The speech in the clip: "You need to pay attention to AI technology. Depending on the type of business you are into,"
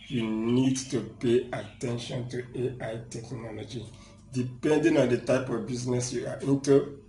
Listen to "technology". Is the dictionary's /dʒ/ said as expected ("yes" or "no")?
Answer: yes